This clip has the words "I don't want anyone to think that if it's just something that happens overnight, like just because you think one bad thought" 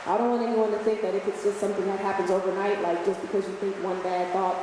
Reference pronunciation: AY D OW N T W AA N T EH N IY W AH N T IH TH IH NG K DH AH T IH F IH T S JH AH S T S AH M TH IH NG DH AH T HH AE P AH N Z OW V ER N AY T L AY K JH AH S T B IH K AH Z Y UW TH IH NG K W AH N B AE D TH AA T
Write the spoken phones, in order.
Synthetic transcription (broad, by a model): AY D OW N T W AA N T EH N IY W AH N T IH TH IH NG K DH AH T IH F IH T S JH AH S T S AH M TH IH NG DH AH T HH AE P AH N Z OW V ER N AY T L AY K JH AH S B IH K AH Z Y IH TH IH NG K W AH N B AE D TH AA T